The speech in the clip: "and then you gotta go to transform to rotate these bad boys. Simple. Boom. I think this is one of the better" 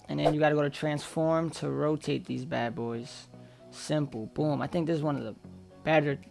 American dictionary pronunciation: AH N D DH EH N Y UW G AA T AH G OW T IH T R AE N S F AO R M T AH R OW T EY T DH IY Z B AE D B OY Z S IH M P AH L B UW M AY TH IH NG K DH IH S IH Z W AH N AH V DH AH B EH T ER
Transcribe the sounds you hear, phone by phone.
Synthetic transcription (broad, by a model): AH N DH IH N Y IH G AA T AH G OW T IH T R AE N S F AO R M T AH R OW T EY T DH IY Z B AE D B OY Z S IH M P L B UW M AY TH IH NG K DH IH S Z W AH N AH V DH AH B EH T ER